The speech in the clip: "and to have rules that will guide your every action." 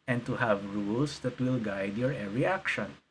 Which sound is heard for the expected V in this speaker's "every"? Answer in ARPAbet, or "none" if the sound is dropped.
none